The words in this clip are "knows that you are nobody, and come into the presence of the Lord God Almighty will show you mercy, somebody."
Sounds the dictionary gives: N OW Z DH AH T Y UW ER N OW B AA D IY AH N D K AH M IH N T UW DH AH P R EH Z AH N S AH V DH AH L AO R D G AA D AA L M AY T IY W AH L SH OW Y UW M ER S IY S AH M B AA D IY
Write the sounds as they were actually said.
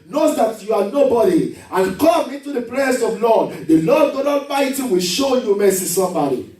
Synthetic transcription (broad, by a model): N OW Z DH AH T Y UW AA N OW B AA D IY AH N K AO M IH N T UW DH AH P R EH S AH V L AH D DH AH L AO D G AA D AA M AY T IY W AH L SH OW Y UW M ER S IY S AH M B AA D IY